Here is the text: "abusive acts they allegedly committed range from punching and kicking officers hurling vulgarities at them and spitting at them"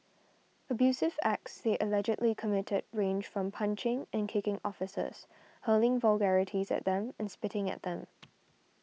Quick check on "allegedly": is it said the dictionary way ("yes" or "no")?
yes